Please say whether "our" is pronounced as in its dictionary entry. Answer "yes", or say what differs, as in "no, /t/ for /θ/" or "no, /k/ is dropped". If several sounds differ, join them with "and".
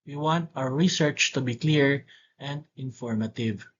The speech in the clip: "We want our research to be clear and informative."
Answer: no, /w/ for /ɹ/